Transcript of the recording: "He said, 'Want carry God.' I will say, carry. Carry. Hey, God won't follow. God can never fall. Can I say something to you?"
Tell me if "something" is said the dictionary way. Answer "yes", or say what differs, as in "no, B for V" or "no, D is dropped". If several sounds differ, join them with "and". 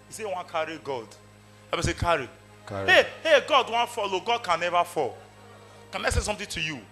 no, T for TH